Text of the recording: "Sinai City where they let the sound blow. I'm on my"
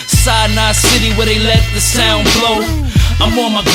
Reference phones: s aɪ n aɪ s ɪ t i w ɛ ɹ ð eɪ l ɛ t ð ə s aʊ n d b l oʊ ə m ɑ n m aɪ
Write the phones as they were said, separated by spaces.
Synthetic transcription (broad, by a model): s aɪ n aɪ s ɪ t i w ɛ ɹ ð eɪ l ɛ t ð ə s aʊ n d b l oʊ ə m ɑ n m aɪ